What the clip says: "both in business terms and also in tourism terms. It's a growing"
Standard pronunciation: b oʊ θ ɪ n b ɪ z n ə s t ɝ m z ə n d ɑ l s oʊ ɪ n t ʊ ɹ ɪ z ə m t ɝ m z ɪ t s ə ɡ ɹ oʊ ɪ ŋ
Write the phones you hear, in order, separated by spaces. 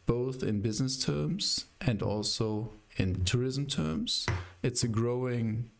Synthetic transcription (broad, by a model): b oʊ θ ɪ n b ɪ z n ə s t ɝ m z ə n d ɑ l s oʊ ɪ n t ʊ ɹ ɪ z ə m t ɝ m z ɪ t s ə ɡ ɹ oʊ ɪ ŋ